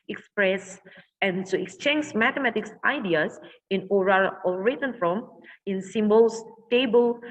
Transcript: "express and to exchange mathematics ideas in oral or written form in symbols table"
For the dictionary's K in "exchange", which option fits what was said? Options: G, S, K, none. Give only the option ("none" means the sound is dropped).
K